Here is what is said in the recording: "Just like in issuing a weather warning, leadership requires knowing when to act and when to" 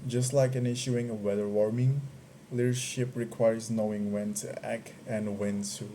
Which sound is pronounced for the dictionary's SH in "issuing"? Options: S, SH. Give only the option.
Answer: SH